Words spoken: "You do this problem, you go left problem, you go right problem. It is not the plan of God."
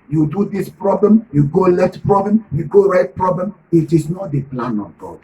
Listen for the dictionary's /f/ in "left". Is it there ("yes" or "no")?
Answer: no